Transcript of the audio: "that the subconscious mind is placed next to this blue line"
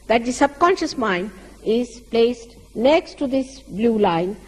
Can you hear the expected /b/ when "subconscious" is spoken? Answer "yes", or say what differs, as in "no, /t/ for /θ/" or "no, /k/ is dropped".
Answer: yes